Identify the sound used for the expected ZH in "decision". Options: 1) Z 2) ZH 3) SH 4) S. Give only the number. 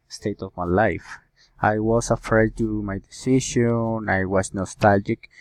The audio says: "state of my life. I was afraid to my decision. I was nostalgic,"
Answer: 3